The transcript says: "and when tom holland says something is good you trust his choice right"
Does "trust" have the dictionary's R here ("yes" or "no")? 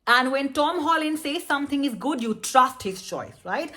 yes